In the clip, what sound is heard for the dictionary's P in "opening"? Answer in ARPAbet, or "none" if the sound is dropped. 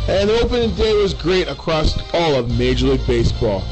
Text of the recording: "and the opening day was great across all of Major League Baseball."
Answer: P